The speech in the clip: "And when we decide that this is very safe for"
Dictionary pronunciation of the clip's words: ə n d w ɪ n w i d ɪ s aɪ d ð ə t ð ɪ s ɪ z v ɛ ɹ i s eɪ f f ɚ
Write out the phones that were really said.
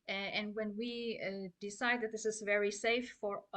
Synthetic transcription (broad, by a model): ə n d w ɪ n w i d ɪ s aɪ d ð ə t ð ɪ s ɪ z v ɛ ɹ i s eɪ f f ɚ